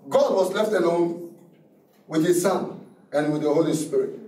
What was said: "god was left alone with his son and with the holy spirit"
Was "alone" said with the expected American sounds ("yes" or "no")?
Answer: no